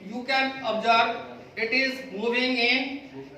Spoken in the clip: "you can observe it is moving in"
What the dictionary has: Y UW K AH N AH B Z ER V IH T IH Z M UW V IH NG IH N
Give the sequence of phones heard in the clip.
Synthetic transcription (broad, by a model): Y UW K AH N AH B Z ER B IH T IH Z M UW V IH NG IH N